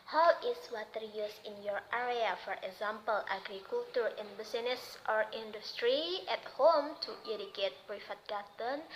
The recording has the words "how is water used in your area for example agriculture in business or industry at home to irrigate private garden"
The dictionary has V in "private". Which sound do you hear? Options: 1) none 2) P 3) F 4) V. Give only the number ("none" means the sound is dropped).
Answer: 3